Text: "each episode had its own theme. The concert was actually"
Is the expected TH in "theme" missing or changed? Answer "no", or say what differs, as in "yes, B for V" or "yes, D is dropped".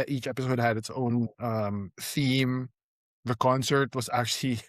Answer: no